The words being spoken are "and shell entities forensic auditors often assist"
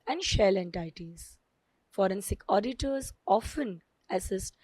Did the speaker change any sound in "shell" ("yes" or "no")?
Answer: no